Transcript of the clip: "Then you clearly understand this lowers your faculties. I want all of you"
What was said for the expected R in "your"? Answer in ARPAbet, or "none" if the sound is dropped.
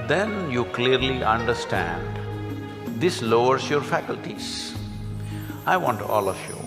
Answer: R